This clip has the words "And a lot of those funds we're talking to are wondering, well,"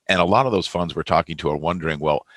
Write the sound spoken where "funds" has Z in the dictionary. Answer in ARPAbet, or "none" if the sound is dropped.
Z